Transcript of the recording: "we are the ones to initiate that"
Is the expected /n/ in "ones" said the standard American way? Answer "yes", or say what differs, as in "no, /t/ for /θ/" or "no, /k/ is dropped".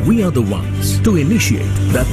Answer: yes